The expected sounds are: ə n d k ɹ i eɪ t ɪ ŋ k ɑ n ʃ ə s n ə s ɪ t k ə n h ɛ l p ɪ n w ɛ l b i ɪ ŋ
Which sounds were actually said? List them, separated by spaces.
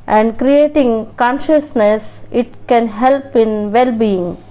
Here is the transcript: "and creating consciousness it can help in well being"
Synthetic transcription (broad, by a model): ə n d k ɹ i eɪ t ɪ ŋ k ɑ n ʃ ə s n ə s ɪ t k ə n h ɛ l p ɪ n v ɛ l b i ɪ ŋ